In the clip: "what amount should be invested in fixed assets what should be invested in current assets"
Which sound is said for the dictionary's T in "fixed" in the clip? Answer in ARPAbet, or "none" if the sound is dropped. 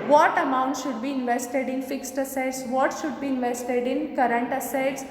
T